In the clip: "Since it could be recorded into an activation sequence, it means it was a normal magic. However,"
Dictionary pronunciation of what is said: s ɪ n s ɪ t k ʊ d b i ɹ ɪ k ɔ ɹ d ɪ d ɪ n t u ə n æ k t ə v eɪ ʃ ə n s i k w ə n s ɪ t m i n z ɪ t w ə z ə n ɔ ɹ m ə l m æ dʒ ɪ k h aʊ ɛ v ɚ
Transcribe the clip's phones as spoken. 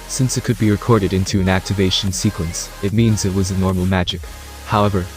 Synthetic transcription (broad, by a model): s ɪ n s ɪ t k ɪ d b i ɹ ɪ k ɔ ɹ d ɪ d ɪ n t u ə n æ k t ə v eɪ ʃ n s i k w ə n s ɪ t m i n z ɪ t w ə z ə n ɔ ɹ m l m æ dʒ ɪ k h aʊ ɛ v ɚ